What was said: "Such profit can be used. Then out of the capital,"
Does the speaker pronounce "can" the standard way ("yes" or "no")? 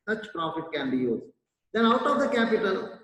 yes